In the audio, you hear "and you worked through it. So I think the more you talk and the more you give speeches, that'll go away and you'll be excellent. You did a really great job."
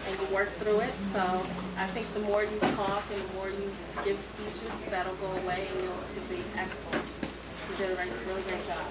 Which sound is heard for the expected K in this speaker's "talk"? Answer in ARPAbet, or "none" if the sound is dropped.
K